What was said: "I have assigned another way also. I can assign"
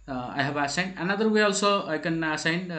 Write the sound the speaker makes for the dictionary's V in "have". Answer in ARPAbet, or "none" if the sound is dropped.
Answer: B